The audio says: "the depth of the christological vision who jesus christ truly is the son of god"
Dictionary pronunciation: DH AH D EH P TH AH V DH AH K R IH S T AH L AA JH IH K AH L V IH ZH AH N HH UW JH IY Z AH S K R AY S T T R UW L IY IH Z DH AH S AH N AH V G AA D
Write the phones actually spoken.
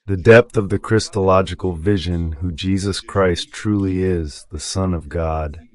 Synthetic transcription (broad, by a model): DH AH D EH P TH AH V DH AH K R IH S T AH L AA JH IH K L V IH ZH AH N HH UW JH IY Z AH S K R AY S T T R UW L IY IH Z DH AH S AH N AH V G AA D